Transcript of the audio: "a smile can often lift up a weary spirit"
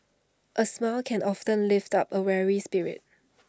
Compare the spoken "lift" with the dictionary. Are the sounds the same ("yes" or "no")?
yes